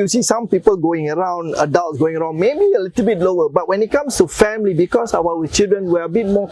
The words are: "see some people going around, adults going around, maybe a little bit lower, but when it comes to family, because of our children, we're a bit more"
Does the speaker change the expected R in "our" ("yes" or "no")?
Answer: yes